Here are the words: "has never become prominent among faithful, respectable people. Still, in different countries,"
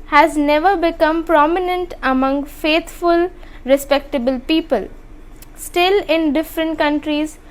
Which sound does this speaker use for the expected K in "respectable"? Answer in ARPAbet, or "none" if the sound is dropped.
K